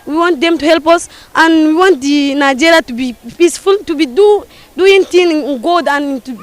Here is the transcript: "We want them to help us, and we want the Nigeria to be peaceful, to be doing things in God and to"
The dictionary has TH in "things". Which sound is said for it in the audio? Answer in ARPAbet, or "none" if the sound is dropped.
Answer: T